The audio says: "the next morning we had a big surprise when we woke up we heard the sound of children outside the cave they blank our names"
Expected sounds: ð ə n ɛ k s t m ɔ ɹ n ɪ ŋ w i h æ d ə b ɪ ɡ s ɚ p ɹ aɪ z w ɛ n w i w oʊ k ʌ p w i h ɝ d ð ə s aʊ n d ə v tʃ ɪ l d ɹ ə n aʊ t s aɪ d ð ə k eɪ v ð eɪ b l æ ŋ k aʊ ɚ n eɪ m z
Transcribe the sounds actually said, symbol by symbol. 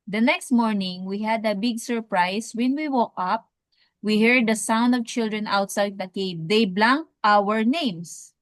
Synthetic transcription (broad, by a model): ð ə n ɛ k s t m ɔ ɹ n ɪ ŋ w i h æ d ə b ɪ ɡ s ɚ p ɹ aɪ s w ɛ n w i w oʊ k ʌ p w i h ɝ d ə s aʊ n d ə v tʃ ɪ l d ɹ ə n aʊ t s aɪ d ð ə k eɪ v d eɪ b l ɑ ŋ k aʊ ɚ n eɪ m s